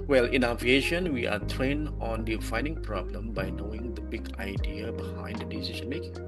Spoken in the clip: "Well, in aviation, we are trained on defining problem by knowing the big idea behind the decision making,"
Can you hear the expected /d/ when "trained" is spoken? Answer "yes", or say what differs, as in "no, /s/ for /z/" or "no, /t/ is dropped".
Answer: no, /d/ is dropped